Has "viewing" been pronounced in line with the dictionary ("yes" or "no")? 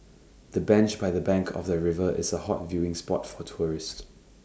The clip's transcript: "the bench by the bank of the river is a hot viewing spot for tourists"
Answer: yes